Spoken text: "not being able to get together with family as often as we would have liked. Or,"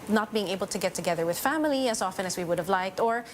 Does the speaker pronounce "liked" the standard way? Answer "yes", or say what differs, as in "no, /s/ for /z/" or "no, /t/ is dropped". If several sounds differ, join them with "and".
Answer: yes